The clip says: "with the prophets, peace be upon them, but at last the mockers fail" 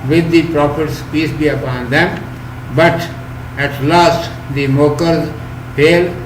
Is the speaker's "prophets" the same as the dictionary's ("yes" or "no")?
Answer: no